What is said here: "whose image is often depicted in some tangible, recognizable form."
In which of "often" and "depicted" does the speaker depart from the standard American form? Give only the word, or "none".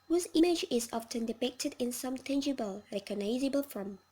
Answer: none